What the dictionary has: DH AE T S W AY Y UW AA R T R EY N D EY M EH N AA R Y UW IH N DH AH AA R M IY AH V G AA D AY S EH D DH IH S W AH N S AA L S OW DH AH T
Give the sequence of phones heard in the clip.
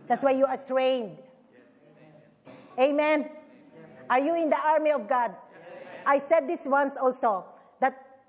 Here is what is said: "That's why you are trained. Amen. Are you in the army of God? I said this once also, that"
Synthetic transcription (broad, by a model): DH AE T S W AY Y UW AA R T R EY N D EY M EH N AA R Y UW IH N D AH AA R M IY AH V G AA D AY S EH D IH S W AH N S AA L S OW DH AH T